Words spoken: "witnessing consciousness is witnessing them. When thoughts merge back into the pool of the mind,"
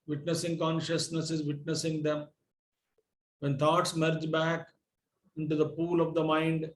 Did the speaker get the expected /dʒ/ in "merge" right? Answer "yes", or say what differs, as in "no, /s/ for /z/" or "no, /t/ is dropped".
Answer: yes